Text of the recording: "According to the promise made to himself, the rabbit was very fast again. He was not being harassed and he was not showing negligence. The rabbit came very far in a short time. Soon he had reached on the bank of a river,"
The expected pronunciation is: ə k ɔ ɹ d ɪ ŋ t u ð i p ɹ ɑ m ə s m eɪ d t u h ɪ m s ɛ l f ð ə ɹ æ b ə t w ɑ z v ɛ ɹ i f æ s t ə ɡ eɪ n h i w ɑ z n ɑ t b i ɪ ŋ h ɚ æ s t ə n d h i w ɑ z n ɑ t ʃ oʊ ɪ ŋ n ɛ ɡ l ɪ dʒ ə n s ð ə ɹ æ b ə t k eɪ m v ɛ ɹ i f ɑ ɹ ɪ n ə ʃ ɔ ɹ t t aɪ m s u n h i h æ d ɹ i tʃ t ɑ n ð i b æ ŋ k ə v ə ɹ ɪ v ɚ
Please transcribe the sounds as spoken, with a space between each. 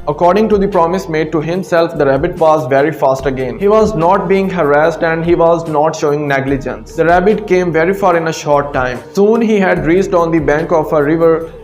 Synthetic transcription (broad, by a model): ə k ɔ ɹ d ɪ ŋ t u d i p ɹ ɑ m ə s m eɪ d t u h ɪ m s ɛ l f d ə ɹ æ b ə t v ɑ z v ɛ ɹ i f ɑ s t ə ɡ eɪ n h i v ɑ z n ɑ t b i ɪ ŋ h ɚ æ s t ə n d h i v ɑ z n ɑ t ʃ oʊ ɪ ŋ n ɛ ɡ l ɪ dʒ ə n s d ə ɹ æ b ə t k eɪ m v ɛ ɹ i f ɑ ɹ ɪ n ə ʃ ɔ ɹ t t aɪ m s u n h i h æ d ɹ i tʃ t ɑ n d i b æ ŋ k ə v ə ɹ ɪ v ɚ